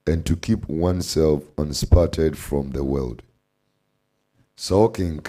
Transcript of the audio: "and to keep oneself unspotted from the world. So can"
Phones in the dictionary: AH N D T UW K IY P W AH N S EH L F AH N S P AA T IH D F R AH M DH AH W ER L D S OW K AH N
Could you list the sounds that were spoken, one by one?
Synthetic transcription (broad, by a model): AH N T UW K IY P W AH N S EH L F AH N S P AA T IH D F R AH M DH AH W ER L D S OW K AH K